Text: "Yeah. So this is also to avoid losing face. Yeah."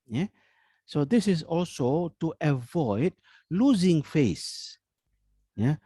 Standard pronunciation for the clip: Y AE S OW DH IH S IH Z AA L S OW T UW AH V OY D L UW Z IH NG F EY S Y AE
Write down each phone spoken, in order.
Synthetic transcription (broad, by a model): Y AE S OW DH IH S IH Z AA L S OW T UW AH V OY D L UW Z IH NG F EY S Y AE